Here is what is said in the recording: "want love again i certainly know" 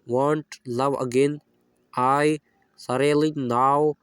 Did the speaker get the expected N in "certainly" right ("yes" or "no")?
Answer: no